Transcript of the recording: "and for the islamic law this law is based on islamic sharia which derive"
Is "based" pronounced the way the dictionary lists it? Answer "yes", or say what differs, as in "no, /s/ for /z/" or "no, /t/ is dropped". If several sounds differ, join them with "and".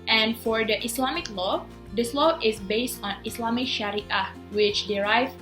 yes